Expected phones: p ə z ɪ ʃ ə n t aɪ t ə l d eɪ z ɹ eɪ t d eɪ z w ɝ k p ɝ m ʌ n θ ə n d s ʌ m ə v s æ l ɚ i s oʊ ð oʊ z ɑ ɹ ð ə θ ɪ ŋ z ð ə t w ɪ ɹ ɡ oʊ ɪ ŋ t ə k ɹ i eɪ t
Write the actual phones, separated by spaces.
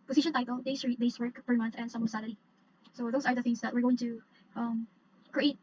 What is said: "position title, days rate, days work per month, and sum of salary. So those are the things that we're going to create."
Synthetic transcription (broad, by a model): p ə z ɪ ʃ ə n t aɪ t ə l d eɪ s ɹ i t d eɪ s w ɝ k f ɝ m ʌ n θ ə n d s ʌ m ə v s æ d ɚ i s oʊ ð oʊ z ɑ ɹ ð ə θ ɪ ŋ s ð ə t w ɪ ɹ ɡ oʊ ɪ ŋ t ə k ɹ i eɪ t